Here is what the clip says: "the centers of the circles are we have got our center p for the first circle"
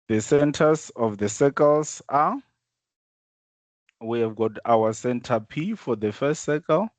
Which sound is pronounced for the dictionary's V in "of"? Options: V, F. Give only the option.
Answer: F